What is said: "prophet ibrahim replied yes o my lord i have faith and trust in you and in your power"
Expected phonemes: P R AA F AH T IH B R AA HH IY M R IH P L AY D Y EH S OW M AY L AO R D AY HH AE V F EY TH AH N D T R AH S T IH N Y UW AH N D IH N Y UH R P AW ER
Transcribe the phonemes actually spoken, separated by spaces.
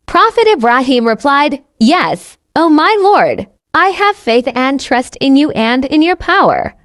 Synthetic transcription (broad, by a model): P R AA F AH T IH B R AA HH IY M R IH P L AY D Y EH S OW M AY L AO R D AY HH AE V F EY TH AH N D T R AH S T IH N Y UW AH N D IH N Y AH R P AW ER